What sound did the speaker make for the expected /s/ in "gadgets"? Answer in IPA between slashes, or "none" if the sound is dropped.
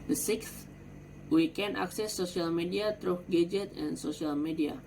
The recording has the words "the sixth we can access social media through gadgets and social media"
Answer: none